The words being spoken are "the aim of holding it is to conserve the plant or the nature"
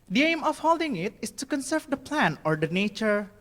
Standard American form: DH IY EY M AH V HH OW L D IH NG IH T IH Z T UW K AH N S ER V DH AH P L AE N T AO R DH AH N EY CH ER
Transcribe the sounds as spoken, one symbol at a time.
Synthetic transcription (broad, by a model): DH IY EY M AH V HH OW L D IH NG IH T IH S T UW K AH N S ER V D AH P L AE N AO R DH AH N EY CH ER